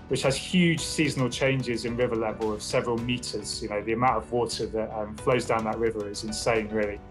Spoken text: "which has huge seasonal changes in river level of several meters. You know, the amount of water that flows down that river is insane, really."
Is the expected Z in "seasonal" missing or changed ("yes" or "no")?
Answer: no